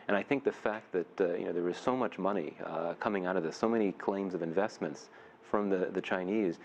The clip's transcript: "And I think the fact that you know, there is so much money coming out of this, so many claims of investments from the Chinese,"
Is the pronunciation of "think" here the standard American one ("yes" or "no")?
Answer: yes